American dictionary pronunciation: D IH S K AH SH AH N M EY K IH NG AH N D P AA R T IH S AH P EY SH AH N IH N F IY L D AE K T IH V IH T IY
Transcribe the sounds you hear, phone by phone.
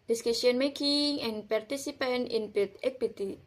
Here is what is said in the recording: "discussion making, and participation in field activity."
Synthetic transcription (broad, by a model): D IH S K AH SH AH N M EY K IH NG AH N P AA R T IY S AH P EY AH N IH N P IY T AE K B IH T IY